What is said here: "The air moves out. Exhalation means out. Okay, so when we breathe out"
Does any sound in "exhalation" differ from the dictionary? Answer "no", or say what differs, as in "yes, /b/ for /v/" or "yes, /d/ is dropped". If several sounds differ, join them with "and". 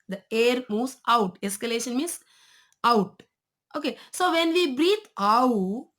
yes, /k/ is dropped